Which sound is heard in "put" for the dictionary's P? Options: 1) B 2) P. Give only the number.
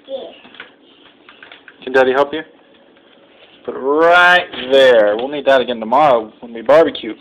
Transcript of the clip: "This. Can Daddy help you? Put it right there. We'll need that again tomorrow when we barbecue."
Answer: 1